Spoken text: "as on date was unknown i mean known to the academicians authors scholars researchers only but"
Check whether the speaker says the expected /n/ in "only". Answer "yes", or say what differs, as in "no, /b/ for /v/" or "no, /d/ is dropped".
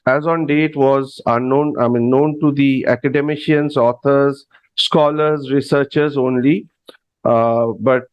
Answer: yes